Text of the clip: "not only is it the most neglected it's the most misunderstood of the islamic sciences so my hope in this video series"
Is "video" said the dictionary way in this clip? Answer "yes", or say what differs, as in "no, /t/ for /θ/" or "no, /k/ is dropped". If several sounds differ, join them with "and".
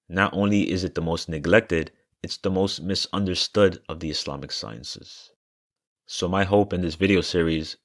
yes